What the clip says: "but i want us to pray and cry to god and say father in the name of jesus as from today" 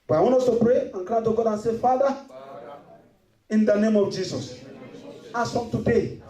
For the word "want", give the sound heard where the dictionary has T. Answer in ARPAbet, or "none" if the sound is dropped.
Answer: none